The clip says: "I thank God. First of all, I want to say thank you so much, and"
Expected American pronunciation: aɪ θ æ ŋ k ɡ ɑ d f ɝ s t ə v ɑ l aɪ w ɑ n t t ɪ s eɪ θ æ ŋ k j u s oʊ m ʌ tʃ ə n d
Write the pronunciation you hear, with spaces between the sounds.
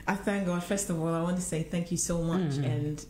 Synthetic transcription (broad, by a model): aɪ θ æ ŋ k ɡ ɑ d f ɝ s t ə v ɑ l aɪ w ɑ n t t ɪ s eɪ θ æ ŋ k j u s oʊ m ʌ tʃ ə n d